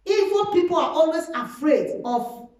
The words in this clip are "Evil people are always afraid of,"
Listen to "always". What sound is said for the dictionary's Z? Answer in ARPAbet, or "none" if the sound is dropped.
S